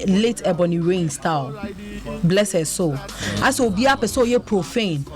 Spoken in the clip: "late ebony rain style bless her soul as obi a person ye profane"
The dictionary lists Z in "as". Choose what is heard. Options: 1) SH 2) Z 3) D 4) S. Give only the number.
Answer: 4